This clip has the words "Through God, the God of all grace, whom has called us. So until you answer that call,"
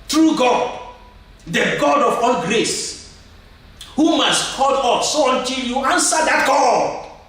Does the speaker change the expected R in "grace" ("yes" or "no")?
no